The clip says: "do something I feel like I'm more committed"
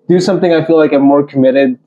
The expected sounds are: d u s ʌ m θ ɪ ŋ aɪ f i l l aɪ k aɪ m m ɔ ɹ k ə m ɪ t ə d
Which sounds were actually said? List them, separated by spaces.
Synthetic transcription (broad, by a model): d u s ʌ m θ ɪ ŋ aɪ f i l l aɪ k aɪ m m ɔ ɹ k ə m ɪ t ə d